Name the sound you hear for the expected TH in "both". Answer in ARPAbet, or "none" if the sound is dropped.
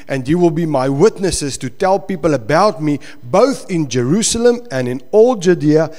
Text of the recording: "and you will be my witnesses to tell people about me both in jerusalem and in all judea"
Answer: TH